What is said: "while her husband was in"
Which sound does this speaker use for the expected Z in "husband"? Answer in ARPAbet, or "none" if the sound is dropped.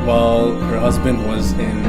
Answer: Z